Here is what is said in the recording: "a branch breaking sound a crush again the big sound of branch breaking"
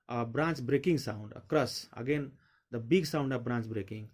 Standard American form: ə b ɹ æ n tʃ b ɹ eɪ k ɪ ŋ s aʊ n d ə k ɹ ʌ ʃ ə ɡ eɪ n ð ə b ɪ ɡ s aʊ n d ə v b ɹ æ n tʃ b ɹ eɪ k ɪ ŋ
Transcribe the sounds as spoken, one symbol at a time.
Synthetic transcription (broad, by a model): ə b ɹ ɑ n tʃ b ɹ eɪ k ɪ ŋ s aʊ n d ə k ɹ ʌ s ə ɡ eɪ n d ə b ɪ ɡ s aʊ n d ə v b ɹ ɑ n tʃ b ɹ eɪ k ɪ ŋ